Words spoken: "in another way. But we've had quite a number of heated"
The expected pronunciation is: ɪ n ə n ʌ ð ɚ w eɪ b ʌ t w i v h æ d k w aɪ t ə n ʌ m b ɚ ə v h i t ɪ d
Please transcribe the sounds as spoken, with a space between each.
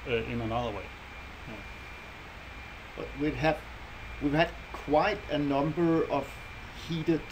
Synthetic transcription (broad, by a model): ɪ n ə n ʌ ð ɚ w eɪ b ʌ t w i v h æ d k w aɪ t ə n ʌ m b ɚ ə v h i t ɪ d